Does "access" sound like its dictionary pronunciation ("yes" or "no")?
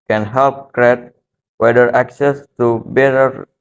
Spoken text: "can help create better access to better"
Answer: yes